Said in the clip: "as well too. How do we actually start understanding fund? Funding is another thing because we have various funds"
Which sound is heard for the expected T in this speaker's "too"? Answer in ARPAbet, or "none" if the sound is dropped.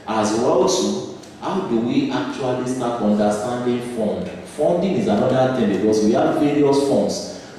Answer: S